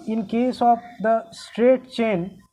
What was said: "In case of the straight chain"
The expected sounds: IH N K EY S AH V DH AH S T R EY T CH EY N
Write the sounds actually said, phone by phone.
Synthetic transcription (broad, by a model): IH N K EY S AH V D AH S T R EY T CH EY N